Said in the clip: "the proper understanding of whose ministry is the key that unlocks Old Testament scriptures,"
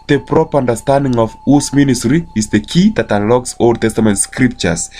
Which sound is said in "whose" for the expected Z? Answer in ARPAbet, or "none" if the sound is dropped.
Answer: S